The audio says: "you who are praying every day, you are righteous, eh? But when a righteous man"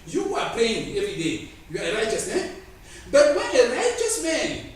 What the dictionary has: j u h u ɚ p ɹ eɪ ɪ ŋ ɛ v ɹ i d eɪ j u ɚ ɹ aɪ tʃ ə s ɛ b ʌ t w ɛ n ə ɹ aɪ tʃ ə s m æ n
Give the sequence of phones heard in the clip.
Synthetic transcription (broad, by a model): j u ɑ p l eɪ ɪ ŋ ɛ v ɹ i d eɪ j u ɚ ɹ aɪ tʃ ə s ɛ b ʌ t w ɛ n ə ɹ aɪ tʃ ə s m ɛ n